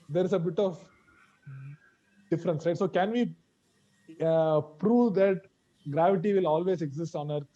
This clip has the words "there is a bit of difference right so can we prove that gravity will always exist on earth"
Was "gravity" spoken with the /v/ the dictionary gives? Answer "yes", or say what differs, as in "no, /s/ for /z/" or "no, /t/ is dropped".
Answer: yes